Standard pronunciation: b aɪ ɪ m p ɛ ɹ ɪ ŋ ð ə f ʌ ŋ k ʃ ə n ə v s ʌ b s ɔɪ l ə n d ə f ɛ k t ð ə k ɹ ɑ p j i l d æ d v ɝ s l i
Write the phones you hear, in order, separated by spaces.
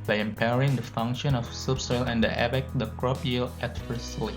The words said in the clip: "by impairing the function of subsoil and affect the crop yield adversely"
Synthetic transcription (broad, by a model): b aɪ ɪ m p ɛ ɹ ɪ ŋ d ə f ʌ ŋ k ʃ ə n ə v s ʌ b s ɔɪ l ə n d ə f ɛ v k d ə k ɹ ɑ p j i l æ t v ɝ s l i